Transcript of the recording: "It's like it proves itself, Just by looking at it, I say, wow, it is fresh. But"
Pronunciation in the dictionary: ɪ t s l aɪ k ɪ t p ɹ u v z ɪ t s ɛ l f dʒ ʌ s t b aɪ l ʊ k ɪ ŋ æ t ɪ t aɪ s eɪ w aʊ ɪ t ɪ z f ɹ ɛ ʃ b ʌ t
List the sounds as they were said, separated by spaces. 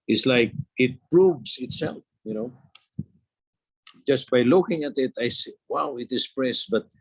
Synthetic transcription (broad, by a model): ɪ t s l aɪ k ɪ t p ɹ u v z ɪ t s ɛ l f dʒ ʌ s t b aɪ l ʊ k ɪ ŋ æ t ɪ t aɪ s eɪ w aʊ ɪ t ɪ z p ɹ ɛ s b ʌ t